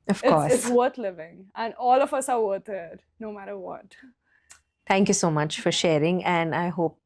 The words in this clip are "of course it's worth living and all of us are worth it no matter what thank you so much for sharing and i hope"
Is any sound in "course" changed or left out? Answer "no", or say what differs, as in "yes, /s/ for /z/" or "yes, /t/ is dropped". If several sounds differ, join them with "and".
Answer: yes, /s/ is dropped